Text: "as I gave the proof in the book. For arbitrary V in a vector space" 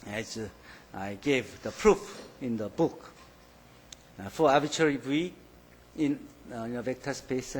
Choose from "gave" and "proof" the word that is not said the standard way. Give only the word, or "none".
none